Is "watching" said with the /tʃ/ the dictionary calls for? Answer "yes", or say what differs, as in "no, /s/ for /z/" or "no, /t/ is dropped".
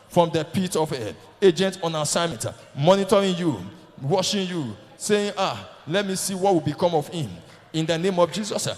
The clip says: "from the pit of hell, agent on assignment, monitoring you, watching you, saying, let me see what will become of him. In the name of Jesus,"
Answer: no, /ʃ/ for /tʃ/